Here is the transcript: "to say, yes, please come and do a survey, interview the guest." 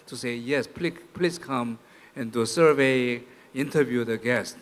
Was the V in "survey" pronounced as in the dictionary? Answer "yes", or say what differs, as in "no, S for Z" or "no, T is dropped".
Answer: yes